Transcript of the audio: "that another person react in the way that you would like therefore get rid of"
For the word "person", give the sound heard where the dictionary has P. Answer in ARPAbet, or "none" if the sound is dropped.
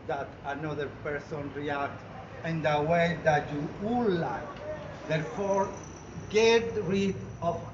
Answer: P